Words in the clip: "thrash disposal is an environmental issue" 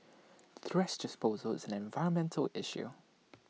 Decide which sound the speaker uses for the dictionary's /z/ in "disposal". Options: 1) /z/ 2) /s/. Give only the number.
1